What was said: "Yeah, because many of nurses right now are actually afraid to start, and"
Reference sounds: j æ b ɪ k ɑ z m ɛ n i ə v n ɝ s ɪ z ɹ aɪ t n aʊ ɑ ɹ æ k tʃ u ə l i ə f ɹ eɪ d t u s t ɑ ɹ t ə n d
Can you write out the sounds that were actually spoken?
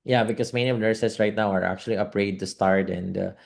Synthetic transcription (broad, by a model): j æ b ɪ k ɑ s m ɛ n i ə v n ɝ s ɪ s ɹ aɪ t n aʊ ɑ ɹ æ k tʃ u ə l i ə p ɹ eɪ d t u s t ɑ ɹ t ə n d